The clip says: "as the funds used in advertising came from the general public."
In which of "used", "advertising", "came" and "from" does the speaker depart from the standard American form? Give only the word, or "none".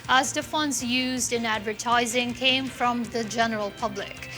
none